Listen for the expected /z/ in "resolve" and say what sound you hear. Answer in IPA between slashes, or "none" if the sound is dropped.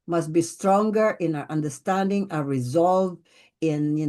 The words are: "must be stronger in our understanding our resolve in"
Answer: /z/